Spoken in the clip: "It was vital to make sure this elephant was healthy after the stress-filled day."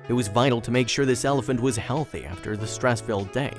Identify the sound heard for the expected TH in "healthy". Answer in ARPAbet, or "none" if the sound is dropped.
TH